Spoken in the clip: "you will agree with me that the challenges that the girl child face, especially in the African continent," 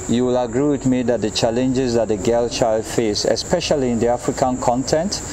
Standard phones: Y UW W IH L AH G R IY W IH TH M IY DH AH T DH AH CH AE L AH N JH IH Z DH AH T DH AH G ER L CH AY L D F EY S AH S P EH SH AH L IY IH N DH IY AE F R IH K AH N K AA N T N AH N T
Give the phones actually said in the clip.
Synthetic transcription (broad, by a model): Y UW W IH L AH G R IY W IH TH M IY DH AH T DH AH CH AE L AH N JH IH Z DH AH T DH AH G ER L CH AY L D F EY S AH S P EH SH AH L IY IH N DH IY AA F R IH K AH N K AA N T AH N T